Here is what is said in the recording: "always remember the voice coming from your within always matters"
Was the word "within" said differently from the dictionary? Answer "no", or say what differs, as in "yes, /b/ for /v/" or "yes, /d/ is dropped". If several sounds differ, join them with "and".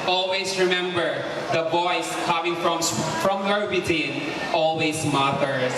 yes, /t/ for /θ/